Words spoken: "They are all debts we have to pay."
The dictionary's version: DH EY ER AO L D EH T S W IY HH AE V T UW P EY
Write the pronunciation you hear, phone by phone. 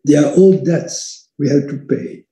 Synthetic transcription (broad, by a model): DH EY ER AO L D EH T S W IY HH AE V T UW P EY